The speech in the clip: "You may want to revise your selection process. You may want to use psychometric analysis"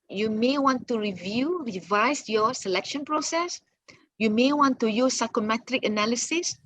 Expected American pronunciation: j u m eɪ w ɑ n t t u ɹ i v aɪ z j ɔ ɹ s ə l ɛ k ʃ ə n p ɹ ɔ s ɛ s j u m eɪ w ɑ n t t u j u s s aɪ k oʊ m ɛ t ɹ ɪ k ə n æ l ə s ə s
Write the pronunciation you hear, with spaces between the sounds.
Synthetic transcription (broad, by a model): j u m eɪ w ɑ n t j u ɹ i v aɪ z j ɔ s ə l ɛ k ʃ ə n p ɹ ɔ s ɛ s j u m eɪ w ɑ n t t u j u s s aɪ k oʊ m ɛ t ɹ ɪ k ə n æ l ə s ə s